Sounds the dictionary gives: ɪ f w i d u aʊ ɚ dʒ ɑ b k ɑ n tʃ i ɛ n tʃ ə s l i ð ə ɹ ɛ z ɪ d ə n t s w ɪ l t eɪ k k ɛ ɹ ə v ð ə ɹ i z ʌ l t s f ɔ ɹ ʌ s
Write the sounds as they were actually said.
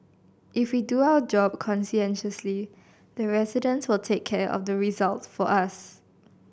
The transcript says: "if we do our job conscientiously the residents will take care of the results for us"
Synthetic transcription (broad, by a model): ɪ f w i d u aʊ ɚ dʒ ɑ b k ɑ n s i ɛ n ʃ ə s l i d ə ɹ ɛ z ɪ d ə n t s w ɪ l t eɪ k k ɛ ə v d ə ɹ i z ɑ l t f ɔ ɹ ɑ s